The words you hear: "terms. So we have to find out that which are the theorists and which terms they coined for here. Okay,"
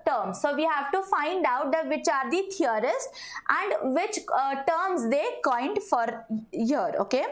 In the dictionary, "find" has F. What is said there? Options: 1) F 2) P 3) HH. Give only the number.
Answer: 1